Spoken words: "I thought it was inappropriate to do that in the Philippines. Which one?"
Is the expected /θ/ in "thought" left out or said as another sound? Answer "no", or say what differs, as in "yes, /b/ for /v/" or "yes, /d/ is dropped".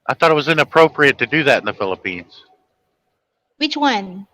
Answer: no